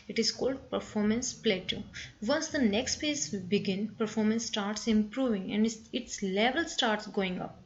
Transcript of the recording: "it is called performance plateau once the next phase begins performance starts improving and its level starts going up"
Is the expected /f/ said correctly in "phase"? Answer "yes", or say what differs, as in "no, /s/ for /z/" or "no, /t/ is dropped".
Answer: no, /p/ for /f/